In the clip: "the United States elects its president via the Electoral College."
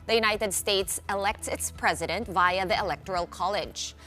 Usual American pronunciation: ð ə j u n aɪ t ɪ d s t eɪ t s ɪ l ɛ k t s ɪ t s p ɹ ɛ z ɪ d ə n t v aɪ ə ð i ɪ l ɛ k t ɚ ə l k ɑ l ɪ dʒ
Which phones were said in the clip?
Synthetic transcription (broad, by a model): ð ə j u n aɪ t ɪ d s t eɪ t s ɪ l ɛ k t s ɪ t s p ɹ ɛ z ɪ d ə n t v aɪ ə ð i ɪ l ɛ k t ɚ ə l k ɑ l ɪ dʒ